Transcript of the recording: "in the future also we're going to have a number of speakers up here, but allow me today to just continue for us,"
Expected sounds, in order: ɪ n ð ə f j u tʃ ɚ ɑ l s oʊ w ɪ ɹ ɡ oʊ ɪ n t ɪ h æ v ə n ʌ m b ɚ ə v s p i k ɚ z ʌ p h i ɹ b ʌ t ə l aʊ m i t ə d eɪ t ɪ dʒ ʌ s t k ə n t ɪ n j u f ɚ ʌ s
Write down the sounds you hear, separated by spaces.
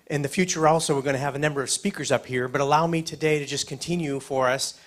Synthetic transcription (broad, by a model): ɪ n ð ə f j u tʃ ɚ ɑ l s oʊ w ɪ ɹ ɡ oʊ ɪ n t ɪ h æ v ə n ʌ m b ɚ ə v s p i k ɚ z ʌ p h i ɹ b ʌ t ə l aʊ m i t ə d eɪ t ɪ dʒ ʌ s k ə n t ɪ n j u f ɚ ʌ s